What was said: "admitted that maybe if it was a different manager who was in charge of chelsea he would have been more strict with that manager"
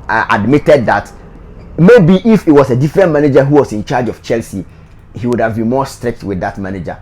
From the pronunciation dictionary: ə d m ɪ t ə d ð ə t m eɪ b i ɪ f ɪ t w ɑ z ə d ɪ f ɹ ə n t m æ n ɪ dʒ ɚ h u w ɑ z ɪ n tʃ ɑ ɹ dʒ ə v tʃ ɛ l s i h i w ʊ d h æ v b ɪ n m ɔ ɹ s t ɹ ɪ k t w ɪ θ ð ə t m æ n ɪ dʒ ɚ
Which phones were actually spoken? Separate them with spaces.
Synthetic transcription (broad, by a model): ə d m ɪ t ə d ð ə t m eɪ b i ɪ f ɪ t w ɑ s ə d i f ɹ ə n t m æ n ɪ dʒ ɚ h u w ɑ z ɪ n tʃ ɑ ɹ dʒ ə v tʃ ɛ l s i h i w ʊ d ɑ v b ɪ n m ɔ s t ɹ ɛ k t w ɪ ð ə t m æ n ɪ dʒ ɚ